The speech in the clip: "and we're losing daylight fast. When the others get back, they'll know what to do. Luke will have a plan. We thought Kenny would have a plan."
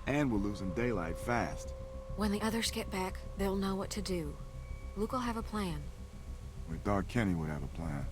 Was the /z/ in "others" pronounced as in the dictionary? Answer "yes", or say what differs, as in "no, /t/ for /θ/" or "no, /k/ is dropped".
yes